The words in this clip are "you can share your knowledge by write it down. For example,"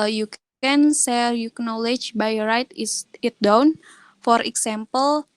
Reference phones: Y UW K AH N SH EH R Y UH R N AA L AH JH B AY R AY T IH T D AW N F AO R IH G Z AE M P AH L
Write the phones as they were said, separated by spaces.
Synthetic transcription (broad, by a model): Y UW K AH N S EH R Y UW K N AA L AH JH B AY R AY T IH T D AW N F AO R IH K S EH M P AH L